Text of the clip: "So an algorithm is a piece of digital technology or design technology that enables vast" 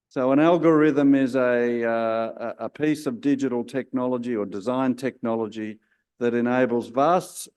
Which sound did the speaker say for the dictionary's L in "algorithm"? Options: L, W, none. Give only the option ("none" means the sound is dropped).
L